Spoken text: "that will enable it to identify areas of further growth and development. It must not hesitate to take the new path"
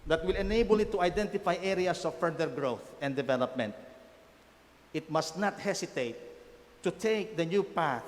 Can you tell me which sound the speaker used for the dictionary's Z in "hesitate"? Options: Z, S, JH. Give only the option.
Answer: S